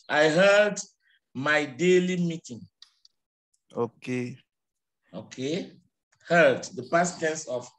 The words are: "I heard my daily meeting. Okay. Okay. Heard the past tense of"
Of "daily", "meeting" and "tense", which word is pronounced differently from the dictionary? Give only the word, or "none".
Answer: tense